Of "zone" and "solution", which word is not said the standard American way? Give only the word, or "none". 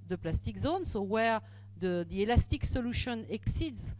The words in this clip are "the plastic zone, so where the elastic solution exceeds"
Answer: none